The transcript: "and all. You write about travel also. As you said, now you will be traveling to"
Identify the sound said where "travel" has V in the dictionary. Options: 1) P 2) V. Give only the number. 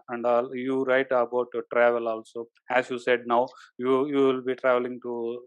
2